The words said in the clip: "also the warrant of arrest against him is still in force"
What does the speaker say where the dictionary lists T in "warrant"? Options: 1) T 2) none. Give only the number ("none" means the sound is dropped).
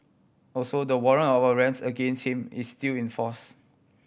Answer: 2